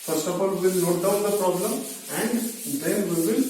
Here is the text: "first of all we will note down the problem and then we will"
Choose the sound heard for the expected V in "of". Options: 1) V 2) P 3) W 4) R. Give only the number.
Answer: 2